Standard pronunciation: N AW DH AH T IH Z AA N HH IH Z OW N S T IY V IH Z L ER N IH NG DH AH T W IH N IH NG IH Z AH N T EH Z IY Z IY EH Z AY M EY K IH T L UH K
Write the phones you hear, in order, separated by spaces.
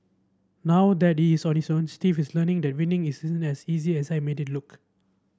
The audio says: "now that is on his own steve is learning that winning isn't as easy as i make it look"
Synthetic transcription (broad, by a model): N AW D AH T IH S AA N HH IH S OW N S T IY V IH S L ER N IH NG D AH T W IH N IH NG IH S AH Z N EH S IY Z IY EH S AY M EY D IH T L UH K